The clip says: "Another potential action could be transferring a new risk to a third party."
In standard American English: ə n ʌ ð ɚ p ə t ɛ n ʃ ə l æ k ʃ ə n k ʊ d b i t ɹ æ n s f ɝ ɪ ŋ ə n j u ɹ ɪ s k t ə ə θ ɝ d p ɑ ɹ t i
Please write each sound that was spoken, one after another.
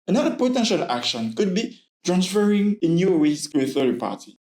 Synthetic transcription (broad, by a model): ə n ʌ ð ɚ p ə t ɛ n ʃ ə l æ k ʃ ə n k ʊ d b i t ɹ æ n s f ɝ ɪ ŋ ə n j u w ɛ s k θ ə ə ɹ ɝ p ɑ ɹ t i